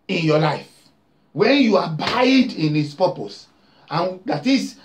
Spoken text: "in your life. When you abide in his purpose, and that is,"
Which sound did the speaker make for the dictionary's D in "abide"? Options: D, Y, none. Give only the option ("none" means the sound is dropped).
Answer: D